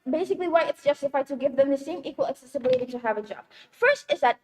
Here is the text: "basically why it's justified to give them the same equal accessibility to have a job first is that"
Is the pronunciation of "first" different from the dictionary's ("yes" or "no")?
no